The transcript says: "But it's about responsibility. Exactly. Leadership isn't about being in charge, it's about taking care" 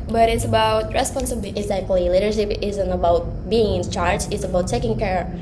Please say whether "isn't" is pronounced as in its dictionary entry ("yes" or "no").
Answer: yes